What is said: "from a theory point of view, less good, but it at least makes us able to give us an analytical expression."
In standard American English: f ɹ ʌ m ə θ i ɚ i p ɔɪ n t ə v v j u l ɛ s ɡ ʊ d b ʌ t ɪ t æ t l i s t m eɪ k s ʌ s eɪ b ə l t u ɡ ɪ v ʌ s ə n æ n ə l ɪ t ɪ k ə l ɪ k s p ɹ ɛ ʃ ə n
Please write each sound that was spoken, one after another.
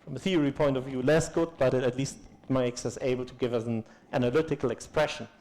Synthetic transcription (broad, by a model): f ɹ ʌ m ə θ i ɚ i p ɔɪ n t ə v v j u l ɛ s ɡ ʊ d b ʌ t ɪ t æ t l i s t m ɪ k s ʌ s eɪ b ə l t u ɡ ɪ v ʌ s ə n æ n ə l ɪ t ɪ k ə l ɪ k s p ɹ ɛ ʃ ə n